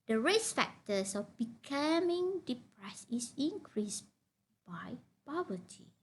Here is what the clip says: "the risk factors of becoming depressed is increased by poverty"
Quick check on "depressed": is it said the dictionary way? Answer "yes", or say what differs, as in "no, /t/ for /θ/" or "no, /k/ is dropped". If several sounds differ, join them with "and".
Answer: no, /t/ is dropped